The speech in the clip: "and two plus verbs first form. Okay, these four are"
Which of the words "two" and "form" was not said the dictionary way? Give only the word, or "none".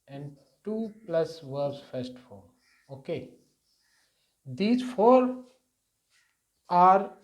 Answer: form